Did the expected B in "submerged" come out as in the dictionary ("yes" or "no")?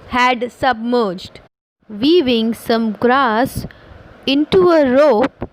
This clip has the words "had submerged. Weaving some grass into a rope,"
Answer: yes